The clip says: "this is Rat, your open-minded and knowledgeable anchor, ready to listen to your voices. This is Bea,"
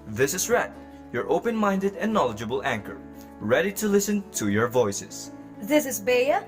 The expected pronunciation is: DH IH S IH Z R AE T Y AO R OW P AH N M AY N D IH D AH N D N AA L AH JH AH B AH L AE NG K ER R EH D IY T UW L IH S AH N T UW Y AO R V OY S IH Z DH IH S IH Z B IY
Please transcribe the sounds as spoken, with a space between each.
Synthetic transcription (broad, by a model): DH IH S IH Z R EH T Y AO R OW P AH N M AY N D IH D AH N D N AA L AH JH AH B AH L AE NG K ER R EH D IY T UW L IH S AH N T UW Y AO R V OY S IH S DH IH S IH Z B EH